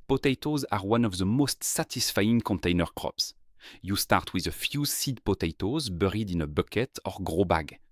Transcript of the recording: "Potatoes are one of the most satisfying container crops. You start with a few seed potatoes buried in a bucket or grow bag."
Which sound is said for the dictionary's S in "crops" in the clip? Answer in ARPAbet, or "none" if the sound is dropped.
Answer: S